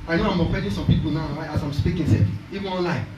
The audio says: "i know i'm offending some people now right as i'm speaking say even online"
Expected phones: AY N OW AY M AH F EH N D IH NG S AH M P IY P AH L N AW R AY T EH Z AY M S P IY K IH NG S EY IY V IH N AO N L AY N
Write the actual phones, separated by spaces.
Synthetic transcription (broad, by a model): AY N OW AY M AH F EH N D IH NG S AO M P IY P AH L N AW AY AA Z AY M S P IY K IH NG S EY IY V IH N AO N L AY